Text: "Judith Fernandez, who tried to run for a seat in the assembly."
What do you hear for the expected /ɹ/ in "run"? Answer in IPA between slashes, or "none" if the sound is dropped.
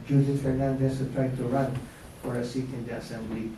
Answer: /ɹ/